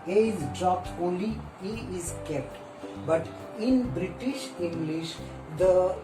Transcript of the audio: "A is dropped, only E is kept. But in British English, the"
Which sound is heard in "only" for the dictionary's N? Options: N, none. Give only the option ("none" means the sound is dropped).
none